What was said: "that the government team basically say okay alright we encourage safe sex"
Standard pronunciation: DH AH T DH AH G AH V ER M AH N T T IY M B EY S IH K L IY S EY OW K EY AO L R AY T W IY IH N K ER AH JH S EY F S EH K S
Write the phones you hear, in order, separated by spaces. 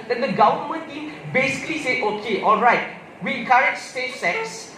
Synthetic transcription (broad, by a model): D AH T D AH G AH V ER M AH N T T IY M B EY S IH K L IY S EY OW K EY AO L R AY T W IY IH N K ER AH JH S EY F S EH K S